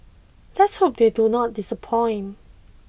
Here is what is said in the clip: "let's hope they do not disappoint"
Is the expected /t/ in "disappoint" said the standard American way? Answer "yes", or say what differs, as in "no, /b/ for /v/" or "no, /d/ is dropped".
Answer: no, /t/ is dropped